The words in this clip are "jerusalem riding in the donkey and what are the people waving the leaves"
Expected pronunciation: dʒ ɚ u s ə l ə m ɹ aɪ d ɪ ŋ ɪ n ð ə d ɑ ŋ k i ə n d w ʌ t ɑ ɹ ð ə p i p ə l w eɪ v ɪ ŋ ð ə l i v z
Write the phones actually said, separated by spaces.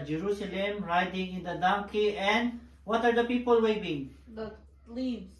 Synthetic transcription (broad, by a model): dʒ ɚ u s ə l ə m ɹ aɪ d ɪ ŋ ɪ n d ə d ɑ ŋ k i ə n d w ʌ t ɑ ɹ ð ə p i p ə l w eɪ b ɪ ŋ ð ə l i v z